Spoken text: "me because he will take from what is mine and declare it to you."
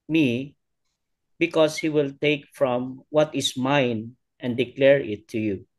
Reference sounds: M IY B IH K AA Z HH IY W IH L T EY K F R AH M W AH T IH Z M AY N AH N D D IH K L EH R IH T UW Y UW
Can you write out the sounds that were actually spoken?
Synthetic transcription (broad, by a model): M IY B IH K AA S HH IY W IH L T EY K F R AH M W AH T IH S M AY N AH N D D IH K L EH R IH T UW Y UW